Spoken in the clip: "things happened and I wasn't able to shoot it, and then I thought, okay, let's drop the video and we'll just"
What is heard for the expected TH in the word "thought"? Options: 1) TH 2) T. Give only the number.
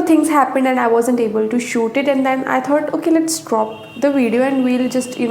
2